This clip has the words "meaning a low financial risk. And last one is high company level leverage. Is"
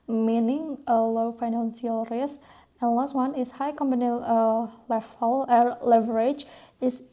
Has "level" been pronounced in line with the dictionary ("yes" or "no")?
no